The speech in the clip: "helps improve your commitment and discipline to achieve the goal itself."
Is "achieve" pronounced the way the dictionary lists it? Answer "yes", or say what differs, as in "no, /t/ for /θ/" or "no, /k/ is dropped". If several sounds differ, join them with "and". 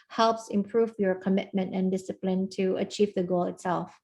yes